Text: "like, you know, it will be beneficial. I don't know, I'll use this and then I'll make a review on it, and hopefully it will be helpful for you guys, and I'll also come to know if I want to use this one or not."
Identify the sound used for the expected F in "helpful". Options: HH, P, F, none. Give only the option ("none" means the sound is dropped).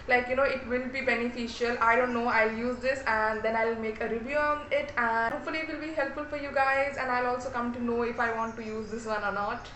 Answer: F